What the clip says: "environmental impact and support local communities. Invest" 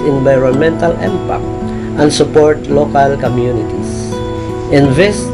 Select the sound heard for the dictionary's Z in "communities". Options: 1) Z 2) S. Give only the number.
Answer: 2